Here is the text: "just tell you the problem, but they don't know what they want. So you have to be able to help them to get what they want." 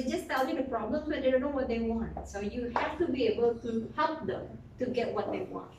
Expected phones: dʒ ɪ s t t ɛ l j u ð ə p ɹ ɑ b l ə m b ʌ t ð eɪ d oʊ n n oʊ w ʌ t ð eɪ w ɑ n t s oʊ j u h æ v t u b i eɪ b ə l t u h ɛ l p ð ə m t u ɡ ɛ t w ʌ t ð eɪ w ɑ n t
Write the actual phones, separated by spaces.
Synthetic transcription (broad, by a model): dʒ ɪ s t t ɛ l j u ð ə p ɹ ɑ b l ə m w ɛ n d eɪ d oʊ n n oʊ w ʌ t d eɪ w ɑ n t s oʊ j u h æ f t u b i eɪ b ə l t u h ɛ l p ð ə m t u ɡ ɛ t w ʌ t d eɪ w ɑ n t